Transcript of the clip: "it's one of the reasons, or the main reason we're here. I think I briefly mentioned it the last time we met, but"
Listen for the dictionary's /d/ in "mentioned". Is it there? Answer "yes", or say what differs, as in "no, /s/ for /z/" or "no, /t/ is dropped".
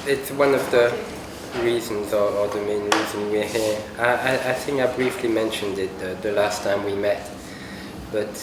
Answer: yes